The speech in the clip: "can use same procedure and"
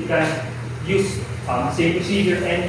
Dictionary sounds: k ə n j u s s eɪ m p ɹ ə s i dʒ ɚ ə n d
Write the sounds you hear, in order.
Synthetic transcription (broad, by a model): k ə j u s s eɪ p ə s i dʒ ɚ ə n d